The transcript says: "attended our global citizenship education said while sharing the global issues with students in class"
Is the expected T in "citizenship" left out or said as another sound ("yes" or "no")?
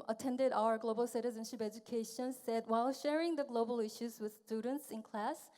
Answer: no